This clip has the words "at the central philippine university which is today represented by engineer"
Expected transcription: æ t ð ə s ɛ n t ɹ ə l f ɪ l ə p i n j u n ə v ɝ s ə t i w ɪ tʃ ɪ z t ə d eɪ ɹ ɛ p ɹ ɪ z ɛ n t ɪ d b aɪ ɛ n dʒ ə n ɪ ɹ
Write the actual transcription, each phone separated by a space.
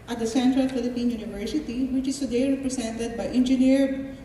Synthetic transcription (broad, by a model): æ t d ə s ɛ n t ɹ ə l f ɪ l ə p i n j u n ə v ɝ s ə t i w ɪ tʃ ɪ z s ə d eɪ ɹ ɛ p ɹ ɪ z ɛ n t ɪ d b aɪ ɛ n dʒ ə n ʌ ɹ